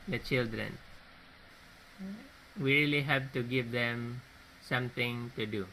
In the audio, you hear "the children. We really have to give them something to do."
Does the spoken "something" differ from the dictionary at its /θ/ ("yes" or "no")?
yes